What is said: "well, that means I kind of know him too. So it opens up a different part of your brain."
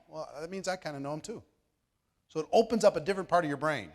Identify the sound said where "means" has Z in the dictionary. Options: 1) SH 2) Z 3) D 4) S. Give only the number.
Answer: 2